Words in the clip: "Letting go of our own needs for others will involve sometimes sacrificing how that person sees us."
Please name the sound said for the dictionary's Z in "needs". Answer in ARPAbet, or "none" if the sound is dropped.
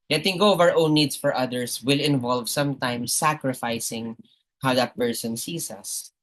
S